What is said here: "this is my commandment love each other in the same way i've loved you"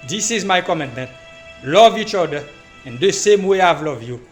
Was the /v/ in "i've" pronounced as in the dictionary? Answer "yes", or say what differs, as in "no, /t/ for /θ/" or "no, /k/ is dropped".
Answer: yes